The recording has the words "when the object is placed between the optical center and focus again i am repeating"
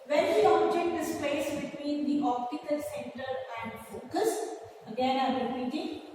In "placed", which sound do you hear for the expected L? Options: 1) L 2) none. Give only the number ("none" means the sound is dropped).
2